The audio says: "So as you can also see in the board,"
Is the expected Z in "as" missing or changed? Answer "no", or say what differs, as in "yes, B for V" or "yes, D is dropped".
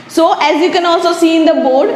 no